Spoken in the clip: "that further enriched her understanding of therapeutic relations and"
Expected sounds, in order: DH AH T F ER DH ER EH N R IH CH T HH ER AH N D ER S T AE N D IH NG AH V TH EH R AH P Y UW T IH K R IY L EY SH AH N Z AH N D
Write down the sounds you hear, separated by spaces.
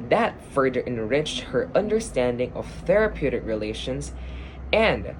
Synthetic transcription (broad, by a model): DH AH T F ER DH ER EH N R IH CH T HH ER AH N D ER S T AE N D IH NG AH V TH EH R AH P Y UW T IH K R IY L EY SH AH N Z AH N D